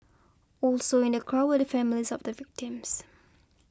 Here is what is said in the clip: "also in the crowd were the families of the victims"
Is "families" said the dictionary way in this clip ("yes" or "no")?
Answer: yes